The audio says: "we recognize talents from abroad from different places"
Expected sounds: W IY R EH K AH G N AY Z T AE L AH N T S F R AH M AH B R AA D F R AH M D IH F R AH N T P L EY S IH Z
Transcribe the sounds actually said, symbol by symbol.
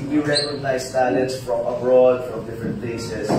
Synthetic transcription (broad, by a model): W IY R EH K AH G N AY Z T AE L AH T S F R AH M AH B R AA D F R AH M D IH F R AH N T P L EY S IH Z